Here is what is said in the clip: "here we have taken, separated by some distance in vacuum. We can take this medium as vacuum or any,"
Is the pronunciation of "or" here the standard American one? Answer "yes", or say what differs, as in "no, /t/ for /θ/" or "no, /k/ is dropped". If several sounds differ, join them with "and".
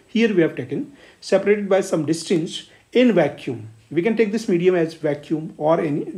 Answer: yes